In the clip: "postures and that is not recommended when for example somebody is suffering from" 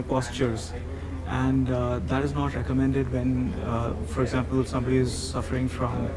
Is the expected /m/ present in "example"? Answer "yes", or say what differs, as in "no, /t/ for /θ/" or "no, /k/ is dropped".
yes